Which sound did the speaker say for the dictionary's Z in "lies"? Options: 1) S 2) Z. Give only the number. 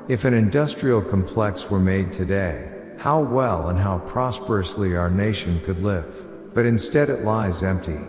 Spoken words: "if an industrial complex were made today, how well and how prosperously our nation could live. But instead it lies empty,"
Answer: 2